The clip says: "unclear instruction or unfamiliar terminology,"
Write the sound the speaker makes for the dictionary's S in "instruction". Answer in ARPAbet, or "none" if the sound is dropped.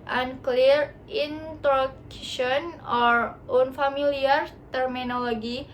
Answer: none